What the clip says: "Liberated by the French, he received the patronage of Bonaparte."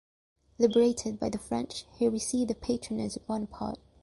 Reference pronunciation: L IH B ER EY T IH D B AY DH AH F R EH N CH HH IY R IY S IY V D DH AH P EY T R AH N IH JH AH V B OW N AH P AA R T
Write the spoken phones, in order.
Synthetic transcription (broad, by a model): L IH B ER EY T IH D B AY DH AH F R EH N CH HH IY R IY S IY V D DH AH P EY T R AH N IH Z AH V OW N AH P AA R T